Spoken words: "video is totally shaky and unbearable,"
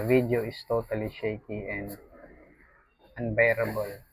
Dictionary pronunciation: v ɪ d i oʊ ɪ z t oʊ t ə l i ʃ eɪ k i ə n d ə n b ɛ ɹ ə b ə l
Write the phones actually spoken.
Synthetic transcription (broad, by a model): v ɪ d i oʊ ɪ s t oʊ t ə l i ʃ eɪ k i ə n d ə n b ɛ ɹ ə b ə l